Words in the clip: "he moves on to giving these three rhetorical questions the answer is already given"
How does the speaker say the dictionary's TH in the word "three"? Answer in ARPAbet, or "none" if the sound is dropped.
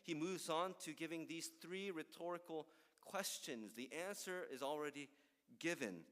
TH